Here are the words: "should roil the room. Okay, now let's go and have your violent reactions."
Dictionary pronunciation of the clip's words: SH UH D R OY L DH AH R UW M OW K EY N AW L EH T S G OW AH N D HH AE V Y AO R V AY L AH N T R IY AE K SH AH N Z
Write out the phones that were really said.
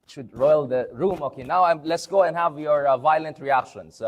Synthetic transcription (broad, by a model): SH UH D R OY L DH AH R UW M OW K EY N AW L EH T S G OW AH N D HH AE V Y AO R V AY L AH N T R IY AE K SH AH N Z